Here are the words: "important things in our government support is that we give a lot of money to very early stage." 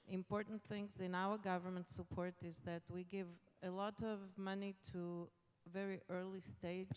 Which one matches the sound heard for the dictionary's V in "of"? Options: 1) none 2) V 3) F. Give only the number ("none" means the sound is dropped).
2